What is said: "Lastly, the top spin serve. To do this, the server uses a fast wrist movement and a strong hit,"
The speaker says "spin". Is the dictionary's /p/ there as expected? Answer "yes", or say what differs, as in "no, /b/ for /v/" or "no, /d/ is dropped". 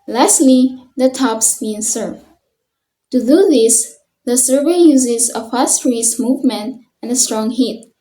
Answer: no, /b/ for /p/